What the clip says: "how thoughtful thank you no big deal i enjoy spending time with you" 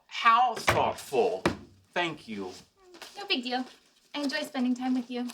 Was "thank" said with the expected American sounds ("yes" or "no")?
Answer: yes